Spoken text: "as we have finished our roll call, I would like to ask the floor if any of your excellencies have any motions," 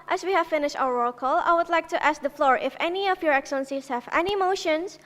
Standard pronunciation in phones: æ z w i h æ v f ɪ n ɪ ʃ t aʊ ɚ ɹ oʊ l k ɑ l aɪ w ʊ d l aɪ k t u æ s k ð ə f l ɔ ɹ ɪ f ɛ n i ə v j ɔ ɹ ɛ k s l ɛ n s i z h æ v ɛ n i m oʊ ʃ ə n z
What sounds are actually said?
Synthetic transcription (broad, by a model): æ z w i h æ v f ɪ n ɪ ʃ t aʊ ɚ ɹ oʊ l k ɑ l aɪ w ʊ d l aɪ k t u æ s k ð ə f l ɔ ɹ ɪ f ɛ n i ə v j ɔ ɹ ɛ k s ʌ n s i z h æ v ɛ n i m oʊ ʃ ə n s